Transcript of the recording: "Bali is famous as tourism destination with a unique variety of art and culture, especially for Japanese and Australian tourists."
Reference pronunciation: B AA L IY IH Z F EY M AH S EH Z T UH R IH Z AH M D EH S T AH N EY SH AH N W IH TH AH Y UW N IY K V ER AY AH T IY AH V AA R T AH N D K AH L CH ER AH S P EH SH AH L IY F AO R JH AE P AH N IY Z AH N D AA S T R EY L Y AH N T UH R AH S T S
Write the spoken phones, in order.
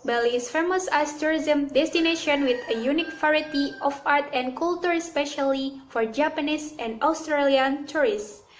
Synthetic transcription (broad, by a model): B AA L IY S F EY M AH S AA S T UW R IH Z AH M D EH S T AH N EY SH AH N W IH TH AH Y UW N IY K F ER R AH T IY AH F AA R T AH N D K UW L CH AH S P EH SH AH L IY F AO R JH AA P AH N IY S AH N D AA S T R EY L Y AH N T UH R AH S S